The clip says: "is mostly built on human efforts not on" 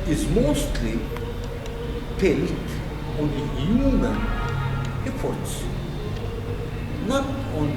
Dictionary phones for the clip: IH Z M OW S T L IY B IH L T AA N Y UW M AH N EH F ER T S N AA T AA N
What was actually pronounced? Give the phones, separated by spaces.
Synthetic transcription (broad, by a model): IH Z M OW S T L IY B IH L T AA N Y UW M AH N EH P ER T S N AA T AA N